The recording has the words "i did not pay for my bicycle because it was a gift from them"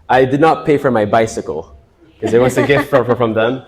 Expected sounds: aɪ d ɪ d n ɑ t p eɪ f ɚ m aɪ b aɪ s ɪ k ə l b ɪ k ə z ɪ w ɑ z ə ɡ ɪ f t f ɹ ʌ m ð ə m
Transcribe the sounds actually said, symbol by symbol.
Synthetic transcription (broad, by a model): aɪ d ɪ d n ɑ t p eɪ f ɚ m aɪ b aɪ s ɪ k ə l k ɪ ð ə ɪ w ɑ s ə ɡ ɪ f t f ɹ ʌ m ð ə m